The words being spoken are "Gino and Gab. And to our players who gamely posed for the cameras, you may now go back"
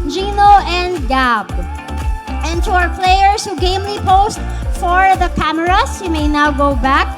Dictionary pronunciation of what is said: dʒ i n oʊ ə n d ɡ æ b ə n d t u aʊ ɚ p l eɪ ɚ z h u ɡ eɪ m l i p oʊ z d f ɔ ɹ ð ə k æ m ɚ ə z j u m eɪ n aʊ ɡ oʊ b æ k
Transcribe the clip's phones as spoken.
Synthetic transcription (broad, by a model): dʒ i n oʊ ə n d ɡ æ b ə n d t u aʊ ɚ p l eɪ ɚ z h u ɡ eɪ m l i p oʊ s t f ɔ ɹ ð ə k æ m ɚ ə s j u m eɪ n aʊ ɡ oʊ b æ k